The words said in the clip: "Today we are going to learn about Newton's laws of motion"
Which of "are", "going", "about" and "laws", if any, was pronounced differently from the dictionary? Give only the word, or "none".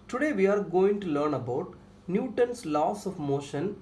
laws